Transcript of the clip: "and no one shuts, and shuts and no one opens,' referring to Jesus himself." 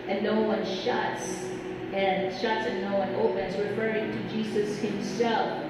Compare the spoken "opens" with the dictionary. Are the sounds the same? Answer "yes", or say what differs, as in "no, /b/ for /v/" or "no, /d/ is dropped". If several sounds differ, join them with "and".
yes